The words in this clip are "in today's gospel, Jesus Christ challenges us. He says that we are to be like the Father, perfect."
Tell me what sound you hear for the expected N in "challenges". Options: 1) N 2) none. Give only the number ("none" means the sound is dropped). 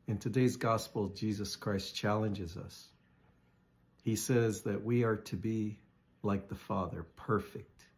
1